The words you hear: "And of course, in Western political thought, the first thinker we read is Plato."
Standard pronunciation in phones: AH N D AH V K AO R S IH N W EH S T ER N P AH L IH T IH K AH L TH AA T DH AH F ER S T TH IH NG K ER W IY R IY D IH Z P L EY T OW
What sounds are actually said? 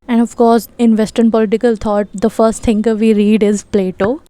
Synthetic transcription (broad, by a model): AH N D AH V K AO R S IH N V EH S T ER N P AH L IH T IH K AH L T AA T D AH F ER S T T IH NG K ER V IY R IY D IH Z P L EY T OW